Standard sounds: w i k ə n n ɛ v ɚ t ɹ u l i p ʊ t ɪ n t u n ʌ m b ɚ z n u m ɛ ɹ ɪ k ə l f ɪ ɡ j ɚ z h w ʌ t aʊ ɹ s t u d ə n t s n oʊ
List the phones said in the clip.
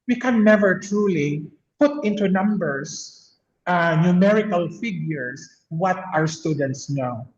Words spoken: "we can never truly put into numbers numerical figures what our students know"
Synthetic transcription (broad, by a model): w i k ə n n ɛ v ɚ t ɹ u l i p ʊ t ɪ n t u n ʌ m b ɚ s n u m ɛ ɹ ɪ k ə l f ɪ ɡ j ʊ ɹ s w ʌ t aʊ ɹ s t u d ə n t s n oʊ